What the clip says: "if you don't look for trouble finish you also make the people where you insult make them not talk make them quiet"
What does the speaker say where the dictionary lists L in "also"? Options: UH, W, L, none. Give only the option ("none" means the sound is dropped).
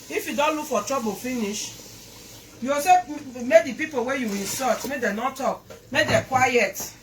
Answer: none